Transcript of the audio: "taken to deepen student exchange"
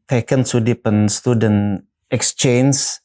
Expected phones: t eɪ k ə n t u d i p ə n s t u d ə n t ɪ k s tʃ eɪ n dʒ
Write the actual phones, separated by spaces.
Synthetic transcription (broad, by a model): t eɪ k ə n s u d i p ə n s t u d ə n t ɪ k s tʃ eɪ n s